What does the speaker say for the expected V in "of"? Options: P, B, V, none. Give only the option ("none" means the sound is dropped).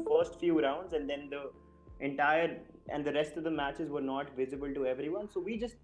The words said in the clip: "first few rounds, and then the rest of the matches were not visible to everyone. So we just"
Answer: V